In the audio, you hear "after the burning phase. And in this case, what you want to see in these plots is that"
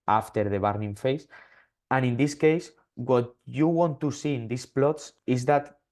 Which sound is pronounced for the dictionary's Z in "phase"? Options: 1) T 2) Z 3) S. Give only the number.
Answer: 3